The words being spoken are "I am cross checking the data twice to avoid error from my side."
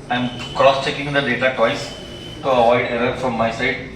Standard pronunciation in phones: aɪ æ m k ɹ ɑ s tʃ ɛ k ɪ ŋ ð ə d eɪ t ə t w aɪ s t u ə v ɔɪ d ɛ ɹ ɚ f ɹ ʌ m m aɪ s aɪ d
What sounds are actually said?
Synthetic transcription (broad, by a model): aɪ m k ɹ ɑ s tʃ ɛ k ɪ ŋ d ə d eɪ t ə t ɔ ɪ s t u ə v ɔɪ d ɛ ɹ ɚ f ɹ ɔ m m aɪ s aɪ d